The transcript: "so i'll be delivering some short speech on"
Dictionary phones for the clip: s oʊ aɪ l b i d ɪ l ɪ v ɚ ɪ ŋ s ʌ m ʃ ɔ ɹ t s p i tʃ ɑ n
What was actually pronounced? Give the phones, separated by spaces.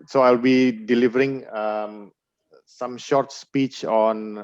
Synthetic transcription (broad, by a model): s oʊ aɪ l b i d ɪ l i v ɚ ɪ ŋ s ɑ m ʃ ɔ ɹ t s p i tʃ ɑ n